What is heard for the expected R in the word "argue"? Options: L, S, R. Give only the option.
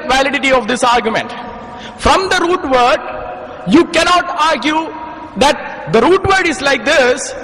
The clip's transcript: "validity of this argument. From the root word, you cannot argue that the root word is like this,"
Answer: R